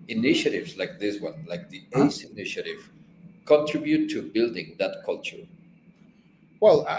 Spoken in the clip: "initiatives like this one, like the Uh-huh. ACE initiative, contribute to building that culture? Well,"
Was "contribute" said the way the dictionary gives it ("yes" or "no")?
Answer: yes